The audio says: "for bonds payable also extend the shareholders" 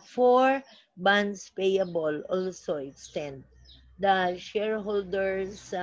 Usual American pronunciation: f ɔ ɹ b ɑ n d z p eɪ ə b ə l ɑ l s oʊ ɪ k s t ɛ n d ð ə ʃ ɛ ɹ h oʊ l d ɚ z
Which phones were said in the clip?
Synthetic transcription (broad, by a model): f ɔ ɹ b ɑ n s p eɪ ə b ə l ɑ l s oʊ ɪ k s t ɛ n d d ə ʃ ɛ ɹ h oʊ l d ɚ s